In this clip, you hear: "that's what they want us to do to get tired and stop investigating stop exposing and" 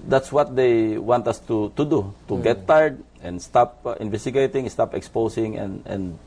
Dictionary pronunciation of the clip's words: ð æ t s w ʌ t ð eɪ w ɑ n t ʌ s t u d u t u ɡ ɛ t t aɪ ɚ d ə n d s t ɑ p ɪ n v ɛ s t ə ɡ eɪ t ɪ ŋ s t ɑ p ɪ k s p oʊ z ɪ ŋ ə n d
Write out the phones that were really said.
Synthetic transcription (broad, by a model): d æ t s w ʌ t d eɪ w ɑ n t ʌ s t u d u t u ɡ ɛ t t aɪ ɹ d ə n d s t ɑ p ɪ n v ɛ s t ə ɡ eɪ t ɪ ŋ s t ɑ p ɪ k s p oʊ s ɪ ŋ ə n d